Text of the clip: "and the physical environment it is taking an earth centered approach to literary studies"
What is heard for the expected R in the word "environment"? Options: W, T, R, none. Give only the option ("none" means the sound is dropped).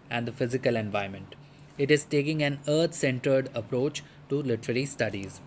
none